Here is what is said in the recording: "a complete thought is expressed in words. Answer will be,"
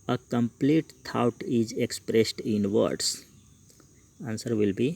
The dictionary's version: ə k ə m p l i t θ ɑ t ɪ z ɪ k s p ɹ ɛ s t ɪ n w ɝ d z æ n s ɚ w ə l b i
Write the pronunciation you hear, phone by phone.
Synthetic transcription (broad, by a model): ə k ə m p l i t t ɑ t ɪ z ɪ k s p ɹ ɛ s t ɪ n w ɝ d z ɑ n s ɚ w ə l b i